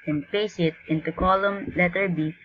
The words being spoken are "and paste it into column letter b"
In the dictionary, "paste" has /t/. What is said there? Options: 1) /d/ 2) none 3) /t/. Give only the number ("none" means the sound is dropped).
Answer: 2